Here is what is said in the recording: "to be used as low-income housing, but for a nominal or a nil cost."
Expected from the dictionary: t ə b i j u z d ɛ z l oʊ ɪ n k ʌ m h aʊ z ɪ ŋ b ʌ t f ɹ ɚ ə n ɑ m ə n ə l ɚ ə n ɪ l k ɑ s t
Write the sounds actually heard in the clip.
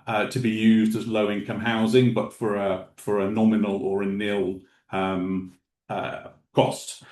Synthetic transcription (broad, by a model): t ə b i j u z d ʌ z l oʊ ɪ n k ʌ m h aʊ z ɪ ŋ b ʌ t f ɹ ɚ ə n ɑ m ə n ə l ɚ ə n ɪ l k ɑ s t